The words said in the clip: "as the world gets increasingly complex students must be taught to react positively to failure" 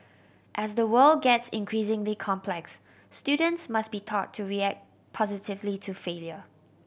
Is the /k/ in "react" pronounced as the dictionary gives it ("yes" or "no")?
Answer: yes